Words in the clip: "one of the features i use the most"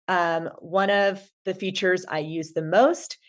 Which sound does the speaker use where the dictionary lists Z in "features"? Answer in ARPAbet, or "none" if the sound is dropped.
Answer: Z